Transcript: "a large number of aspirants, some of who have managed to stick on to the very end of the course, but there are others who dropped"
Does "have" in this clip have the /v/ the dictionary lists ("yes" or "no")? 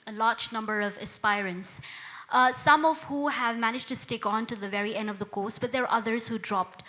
yes